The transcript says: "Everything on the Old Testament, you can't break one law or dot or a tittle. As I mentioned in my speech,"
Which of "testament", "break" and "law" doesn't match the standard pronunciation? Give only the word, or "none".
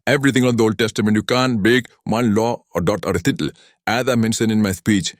break